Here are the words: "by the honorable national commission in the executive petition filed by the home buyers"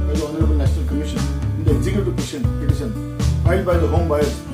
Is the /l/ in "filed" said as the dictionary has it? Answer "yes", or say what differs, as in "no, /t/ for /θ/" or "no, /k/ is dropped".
no, /l/ is dropped